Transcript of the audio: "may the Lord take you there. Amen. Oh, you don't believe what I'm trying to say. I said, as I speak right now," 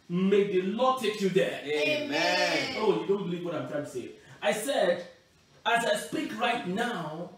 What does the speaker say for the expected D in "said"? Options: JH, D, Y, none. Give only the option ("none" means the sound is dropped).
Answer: D